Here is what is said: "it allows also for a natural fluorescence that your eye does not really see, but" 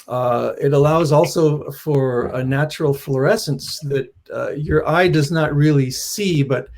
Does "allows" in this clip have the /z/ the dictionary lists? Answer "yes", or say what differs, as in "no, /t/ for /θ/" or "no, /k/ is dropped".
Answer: yes